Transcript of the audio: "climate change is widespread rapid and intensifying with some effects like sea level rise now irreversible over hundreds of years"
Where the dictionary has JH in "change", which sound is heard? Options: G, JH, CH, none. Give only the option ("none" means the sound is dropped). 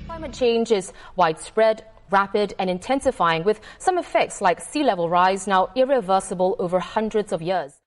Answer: JH